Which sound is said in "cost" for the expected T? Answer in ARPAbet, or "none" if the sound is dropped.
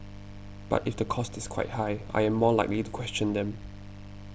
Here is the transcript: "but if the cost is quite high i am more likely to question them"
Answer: T